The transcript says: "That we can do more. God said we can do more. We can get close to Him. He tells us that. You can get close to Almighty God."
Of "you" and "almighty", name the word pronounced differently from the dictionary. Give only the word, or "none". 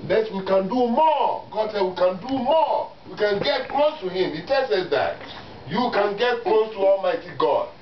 none